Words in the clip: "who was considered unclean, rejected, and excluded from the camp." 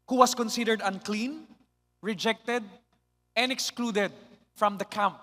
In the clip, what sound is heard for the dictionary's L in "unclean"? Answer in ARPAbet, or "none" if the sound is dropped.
L